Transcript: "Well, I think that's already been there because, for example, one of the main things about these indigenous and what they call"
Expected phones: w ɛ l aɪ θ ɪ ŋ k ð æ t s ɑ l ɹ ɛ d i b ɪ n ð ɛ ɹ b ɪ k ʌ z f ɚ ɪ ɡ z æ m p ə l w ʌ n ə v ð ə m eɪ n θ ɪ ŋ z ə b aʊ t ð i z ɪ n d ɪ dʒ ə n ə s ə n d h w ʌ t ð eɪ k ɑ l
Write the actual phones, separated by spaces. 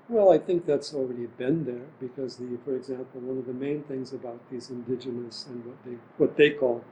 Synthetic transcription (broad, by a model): w ɛ l aɪ θ ɪ ŋ k ð æ t s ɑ l ɹ ɛ d i b ɪ n ð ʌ ɹ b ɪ k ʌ z f ɚ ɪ ɡ z æ m p l w ʌ n ə v ð ə m eɪ n θ ɪ ŋ z ə b aʊ t ð i z ɪ n d ɪ dʒ ə n ə s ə n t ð w ʌ t ð eɪ k ɑ l